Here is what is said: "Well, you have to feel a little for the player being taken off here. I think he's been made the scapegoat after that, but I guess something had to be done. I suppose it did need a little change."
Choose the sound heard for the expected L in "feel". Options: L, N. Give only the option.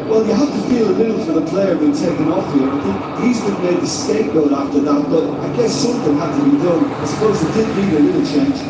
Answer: L